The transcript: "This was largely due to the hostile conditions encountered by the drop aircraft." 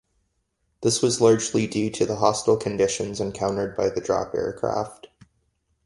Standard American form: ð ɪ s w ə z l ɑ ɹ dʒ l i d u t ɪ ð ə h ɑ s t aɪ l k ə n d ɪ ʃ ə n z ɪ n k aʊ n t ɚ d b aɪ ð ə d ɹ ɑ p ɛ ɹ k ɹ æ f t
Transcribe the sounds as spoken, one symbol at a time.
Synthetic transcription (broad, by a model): ð ɪ s w ə z l ɑ ɹ dʒ l i d u t ɪ ð ə h ɑ s t l k ə n d ɪ ʃ ə n z ɪ n k aʊ n t ɚ d b aɪ ð ə d ɹ ɑ p ɛ ɹ k ɹ æ f t